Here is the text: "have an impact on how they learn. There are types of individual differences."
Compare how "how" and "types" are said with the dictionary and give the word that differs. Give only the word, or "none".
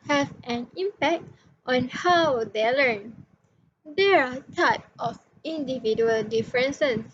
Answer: types